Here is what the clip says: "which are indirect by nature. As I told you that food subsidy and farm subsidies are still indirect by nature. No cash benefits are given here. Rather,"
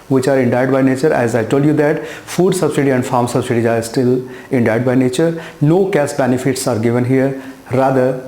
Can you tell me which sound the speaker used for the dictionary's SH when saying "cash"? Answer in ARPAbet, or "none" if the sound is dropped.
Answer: S